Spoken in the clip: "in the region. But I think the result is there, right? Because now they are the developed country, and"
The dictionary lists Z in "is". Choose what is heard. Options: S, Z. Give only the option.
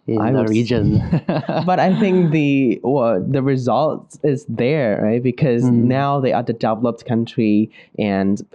Z